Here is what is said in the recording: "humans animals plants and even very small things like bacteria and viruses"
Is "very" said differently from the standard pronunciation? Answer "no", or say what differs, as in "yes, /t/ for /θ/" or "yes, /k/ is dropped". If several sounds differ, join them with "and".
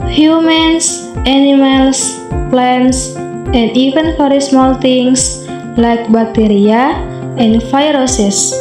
yes, /f/ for /v/